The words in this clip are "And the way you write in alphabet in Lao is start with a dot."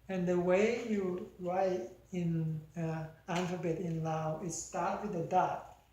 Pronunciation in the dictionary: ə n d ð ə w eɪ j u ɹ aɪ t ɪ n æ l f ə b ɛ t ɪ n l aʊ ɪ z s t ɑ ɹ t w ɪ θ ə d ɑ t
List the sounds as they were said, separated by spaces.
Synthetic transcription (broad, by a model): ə n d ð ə w eɪ j u ɹ aɪ t ɪ n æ n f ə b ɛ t ɪ n l aʊ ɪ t s t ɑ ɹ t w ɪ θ ə d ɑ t